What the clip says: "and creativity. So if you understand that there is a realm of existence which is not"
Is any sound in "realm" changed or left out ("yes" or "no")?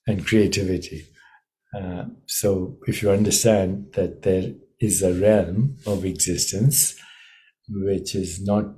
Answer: no